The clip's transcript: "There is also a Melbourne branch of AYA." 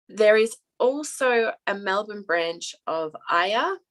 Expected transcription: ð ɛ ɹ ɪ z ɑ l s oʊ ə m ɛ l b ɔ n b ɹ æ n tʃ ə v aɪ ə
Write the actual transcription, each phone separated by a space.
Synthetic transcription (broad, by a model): ð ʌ ɹ ɪ z ɑ l s oʊ ə m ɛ l b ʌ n b ɹ æ n tʃ ə v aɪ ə